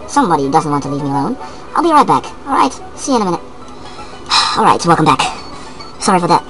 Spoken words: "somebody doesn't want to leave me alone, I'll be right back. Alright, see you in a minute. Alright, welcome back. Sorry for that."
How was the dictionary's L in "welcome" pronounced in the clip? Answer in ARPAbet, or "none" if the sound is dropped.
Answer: L